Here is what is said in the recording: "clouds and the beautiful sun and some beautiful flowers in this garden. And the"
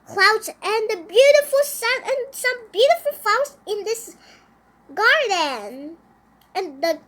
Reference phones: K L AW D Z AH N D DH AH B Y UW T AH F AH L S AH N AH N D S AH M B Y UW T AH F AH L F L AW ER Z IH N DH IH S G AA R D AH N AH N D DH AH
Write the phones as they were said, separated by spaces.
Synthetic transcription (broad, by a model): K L AW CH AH N DH AH B Y UW T AH F AH L S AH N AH N S AH M B Y UW T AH F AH L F AW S IH N DH IH S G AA R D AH N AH N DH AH